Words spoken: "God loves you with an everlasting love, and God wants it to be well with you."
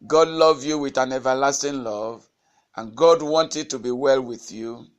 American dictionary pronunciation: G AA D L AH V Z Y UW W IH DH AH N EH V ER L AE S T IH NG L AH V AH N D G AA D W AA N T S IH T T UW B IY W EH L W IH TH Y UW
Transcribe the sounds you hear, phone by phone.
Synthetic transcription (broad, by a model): G AA D L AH V Y UW W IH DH AH N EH V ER L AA S T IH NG L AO V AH N G AA D W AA N T IH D T UW B IY W EH L W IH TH Y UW